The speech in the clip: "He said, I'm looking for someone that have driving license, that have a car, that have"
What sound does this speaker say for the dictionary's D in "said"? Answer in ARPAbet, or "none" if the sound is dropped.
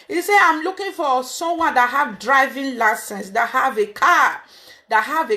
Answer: none